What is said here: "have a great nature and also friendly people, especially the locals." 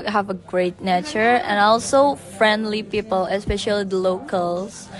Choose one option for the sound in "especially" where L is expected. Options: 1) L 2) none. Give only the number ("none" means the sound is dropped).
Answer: 2